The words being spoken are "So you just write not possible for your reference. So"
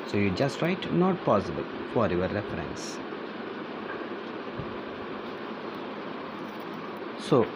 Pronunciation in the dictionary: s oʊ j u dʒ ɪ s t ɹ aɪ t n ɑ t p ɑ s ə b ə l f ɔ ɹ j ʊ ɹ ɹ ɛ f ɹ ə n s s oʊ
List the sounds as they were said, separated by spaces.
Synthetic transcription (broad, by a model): s oʊ j u dʒ ɪ s t ɹ aɪ t n ɑ t p ɑ s ə b ə l f ɔ ɹ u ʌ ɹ ɹ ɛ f ɹ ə n s s oʊ